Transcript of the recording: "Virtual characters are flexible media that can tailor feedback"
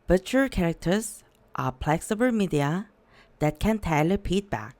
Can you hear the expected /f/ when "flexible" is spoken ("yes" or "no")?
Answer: no